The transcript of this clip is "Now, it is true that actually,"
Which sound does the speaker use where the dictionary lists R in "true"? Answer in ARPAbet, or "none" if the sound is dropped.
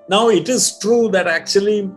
R